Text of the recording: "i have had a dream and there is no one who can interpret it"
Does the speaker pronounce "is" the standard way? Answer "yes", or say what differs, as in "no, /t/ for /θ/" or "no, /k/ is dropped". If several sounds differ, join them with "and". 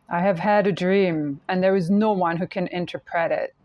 yes